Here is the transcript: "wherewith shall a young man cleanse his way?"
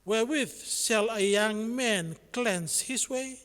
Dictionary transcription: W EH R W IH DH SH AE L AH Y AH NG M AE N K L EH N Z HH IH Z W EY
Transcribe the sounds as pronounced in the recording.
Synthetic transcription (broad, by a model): W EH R W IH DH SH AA L AH Y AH NG M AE N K L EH N S HH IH S W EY